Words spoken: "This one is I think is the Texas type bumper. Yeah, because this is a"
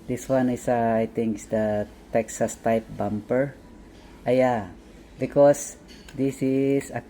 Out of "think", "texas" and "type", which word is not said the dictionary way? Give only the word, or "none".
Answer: think